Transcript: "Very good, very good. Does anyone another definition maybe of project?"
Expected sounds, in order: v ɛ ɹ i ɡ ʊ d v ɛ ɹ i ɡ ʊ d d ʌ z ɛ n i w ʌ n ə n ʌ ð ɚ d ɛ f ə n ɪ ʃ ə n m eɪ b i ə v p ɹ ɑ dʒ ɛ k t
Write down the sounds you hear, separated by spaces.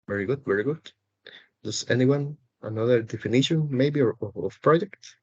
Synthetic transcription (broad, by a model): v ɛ ɹ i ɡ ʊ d v ɛ ɹ i ɡ ʊ d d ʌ s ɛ n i w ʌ n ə n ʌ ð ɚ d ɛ f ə n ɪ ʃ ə n m eɪ b i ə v p ɹ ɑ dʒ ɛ k t